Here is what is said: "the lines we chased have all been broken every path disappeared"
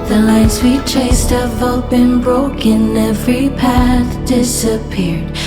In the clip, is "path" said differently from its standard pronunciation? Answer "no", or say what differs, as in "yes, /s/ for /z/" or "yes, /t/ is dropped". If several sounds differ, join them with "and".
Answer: no